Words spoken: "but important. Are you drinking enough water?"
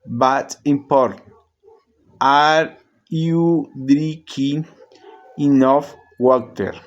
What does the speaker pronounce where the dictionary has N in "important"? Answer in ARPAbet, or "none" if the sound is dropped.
none